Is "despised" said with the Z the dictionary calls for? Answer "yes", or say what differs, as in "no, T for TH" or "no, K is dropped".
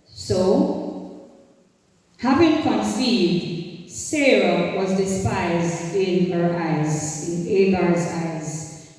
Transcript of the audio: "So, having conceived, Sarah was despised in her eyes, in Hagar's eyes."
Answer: yes